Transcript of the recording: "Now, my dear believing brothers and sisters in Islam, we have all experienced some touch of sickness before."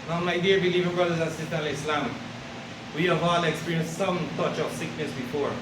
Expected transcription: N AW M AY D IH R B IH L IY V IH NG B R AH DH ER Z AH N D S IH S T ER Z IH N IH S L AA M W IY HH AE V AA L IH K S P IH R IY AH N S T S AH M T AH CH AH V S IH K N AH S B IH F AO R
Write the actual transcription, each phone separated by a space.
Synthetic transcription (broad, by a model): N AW M AY D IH R B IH L IY V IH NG B R AH DH ER Z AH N S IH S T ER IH L IH S L AA M W IY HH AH V AA L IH K S P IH R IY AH N S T S AH M T AH CH AH V S IH K N AH S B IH F AO R